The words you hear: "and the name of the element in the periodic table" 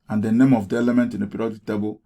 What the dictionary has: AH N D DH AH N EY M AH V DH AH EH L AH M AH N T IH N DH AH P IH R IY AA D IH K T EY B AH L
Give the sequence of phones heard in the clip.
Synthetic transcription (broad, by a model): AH N D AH N EY M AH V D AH EH L AH M AH N T IH N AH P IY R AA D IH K T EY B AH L